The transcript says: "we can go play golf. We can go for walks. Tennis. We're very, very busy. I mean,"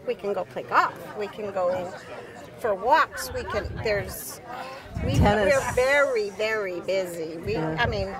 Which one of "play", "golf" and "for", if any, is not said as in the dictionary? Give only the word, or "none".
golf